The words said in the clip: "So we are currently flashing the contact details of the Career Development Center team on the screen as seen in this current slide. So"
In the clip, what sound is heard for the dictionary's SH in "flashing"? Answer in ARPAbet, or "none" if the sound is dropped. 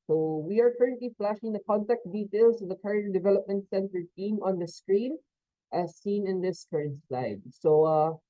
SH